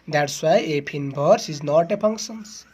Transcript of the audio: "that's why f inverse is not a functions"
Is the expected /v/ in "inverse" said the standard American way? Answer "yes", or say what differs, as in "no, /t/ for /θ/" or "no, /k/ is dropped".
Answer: no, /b/ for /v/